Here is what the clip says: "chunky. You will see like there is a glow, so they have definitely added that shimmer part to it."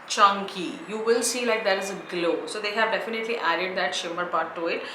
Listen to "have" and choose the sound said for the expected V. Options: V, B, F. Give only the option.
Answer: V